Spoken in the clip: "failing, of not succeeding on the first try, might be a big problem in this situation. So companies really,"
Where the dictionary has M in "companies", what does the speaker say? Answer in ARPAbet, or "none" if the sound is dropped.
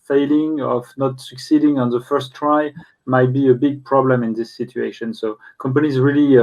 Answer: M